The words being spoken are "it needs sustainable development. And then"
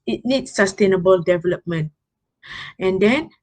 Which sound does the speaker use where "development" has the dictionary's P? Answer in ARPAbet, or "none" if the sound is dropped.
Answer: P